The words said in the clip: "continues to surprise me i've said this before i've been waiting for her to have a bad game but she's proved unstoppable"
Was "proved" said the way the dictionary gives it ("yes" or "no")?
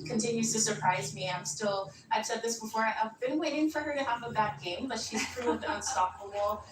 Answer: yes